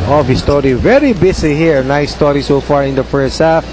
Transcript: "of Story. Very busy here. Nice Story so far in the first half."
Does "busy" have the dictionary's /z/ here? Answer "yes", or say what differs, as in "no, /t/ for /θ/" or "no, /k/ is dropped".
no, /s/ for /z/